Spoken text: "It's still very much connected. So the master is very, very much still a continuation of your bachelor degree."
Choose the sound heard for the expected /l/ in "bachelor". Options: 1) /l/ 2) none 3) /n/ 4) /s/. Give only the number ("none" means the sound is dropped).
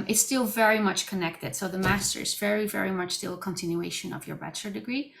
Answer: 2